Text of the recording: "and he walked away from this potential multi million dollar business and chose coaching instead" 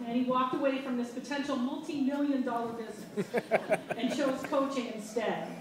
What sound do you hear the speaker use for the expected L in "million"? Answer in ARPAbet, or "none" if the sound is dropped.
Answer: L